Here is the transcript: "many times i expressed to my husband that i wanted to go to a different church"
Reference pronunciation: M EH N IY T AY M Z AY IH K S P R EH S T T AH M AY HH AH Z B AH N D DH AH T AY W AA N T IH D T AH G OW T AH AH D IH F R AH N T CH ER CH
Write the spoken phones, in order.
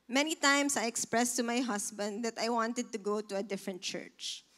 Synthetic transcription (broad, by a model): M EH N IY T AY M S AY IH K S P R EH S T T AH M AY HH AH S B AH N D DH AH T AY W AA N T IH D T AH G OW T AH AH D IH F R AH N T CH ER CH